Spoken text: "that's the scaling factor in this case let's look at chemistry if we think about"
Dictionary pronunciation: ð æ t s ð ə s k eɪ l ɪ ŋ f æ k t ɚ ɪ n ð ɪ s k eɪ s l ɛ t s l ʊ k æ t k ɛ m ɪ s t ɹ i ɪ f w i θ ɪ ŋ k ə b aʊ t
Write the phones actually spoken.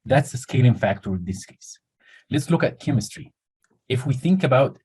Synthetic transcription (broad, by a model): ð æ t s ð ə s k eɪ l ɪ ŋ f æ k t ɚ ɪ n ð ɪ s k eɪ s l ɛ t s l ʊ k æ t k ɛ m ɪ s t ɹ i ɪ f w i θ ɪ ŋ k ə b aʊ t